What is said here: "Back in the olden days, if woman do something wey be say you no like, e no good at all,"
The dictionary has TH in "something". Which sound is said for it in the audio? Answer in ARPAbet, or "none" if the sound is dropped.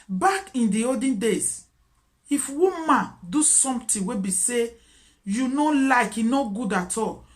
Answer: T